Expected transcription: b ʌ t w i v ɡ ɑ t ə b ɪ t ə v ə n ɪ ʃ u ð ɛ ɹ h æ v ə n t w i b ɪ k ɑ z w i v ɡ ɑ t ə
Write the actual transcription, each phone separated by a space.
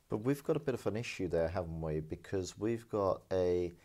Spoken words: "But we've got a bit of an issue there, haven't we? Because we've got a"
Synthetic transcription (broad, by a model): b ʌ t w i v ɡ ɑ t ə b ɪ t ə v ə n ɪ ʃ u ð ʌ ɹ h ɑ v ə n t w i b ɪ k ɑ z w i v ɡ ɑ t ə